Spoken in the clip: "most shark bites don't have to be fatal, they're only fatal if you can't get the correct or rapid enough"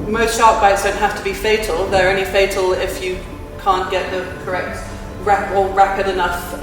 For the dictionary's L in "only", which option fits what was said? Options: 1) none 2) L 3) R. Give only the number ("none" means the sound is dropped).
1